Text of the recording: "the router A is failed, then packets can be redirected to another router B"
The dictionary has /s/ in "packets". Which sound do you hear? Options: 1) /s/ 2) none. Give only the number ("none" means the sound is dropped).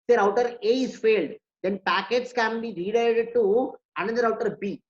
1